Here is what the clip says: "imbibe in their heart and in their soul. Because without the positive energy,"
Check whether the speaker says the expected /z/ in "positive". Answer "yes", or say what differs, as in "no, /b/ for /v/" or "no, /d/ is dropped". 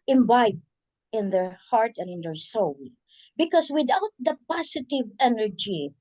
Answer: no, /s/ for /z/